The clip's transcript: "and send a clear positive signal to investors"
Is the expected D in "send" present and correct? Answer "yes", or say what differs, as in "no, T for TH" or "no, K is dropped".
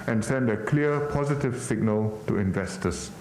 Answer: yes